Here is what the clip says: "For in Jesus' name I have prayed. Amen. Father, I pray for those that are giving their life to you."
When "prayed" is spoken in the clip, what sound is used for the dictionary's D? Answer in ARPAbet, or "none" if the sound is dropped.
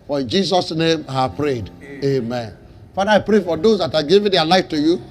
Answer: D